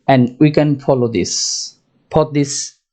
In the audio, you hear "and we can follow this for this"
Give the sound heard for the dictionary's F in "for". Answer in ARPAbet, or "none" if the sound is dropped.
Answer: P